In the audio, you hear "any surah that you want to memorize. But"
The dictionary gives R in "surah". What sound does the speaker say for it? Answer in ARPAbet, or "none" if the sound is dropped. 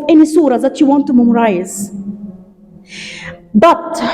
R